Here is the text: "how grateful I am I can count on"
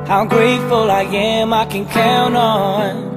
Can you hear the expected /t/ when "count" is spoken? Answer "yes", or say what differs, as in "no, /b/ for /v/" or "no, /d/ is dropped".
no, /t/ is dropped